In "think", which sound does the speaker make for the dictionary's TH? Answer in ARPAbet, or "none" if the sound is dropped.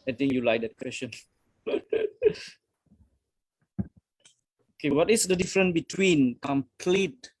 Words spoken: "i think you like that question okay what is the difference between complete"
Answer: T